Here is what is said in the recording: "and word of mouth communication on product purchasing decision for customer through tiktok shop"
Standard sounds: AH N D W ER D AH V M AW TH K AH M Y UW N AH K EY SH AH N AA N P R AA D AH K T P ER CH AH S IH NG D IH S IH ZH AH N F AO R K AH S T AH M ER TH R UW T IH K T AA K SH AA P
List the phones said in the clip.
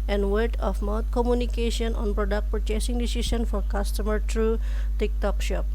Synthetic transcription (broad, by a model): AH N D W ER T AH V M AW T K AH M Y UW N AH K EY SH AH N AA N P R AA D AH K T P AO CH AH S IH NG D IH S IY SH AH N F AO R K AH S T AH M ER T R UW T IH K T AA K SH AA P